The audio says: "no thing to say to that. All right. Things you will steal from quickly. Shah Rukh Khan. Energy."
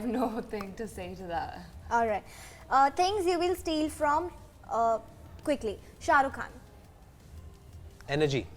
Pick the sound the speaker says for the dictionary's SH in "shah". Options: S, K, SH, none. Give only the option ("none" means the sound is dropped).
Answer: SH